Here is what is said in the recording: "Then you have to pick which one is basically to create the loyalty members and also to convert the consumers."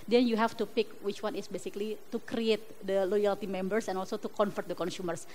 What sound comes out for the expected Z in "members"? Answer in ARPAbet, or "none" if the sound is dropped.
S